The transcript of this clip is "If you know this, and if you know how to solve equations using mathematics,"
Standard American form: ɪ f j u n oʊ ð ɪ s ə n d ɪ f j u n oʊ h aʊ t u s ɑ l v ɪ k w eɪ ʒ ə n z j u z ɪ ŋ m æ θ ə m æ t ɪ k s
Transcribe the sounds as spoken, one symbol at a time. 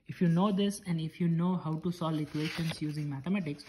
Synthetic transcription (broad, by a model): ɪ f j u n oʊ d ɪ s ə n d ɪ f j u n oʊ h aʊ t u s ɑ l ɪ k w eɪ ʃ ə n s j u z ɪ ŋ m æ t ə m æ t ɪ k s